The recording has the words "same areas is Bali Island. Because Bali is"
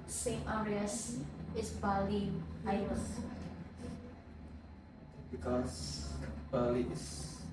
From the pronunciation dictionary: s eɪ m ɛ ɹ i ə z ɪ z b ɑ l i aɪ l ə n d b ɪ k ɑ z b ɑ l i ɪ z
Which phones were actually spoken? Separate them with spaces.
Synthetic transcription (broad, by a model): s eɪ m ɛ ɹ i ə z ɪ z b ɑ l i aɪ ə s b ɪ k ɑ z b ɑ l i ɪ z